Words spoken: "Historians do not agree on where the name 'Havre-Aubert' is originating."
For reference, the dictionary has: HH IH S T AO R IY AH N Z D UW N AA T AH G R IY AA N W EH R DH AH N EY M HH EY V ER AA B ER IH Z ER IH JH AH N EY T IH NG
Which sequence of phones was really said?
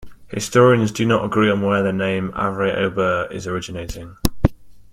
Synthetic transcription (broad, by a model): HH IH S T AO R IY AH N Z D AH N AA T AH G R IY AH N W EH DH AH N EY M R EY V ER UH B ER IH Z ER IH JH AH N EY T IH NG